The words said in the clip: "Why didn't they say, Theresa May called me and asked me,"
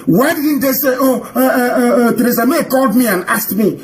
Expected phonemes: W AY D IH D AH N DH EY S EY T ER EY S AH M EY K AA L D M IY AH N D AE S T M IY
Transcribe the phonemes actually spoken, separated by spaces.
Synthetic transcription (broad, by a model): W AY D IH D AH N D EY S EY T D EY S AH M EY K AA L D M IY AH N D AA S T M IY